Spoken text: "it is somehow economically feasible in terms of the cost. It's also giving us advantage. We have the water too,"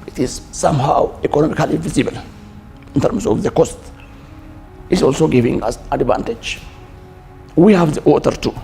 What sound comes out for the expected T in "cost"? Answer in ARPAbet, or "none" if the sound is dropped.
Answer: T